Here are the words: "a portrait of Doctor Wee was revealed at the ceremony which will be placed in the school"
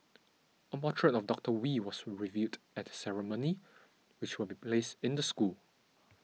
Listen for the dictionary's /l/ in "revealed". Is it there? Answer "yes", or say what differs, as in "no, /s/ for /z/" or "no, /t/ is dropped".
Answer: no, /l/ is dropped